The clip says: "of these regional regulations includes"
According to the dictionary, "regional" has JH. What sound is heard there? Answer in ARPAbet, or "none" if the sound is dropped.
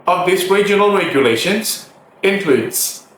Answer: JH